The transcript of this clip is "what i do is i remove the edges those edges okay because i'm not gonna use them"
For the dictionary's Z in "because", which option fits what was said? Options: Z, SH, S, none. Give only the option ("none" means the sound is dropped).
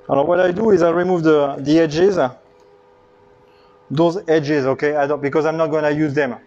Z